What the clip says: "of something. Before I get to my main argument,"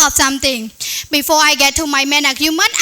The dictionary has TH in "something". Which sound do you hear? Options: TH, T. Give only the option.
T